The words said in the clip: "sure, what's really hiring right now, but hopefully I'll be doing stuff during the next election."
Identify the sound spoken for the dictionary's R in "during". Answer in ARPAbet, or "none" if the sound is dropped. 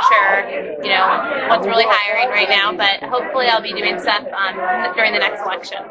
R